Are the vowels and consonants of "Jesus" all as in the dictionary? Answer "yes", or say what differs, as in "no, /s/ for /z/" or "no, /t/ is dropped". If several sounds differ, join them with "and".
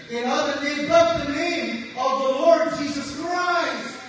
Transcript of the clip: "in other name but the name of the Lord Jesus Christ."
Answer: yes